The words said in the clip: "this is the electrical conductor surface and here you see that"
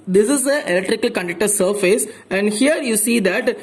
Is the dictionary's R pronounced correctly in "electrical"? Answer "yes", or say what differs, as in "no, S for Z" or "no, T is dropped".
yes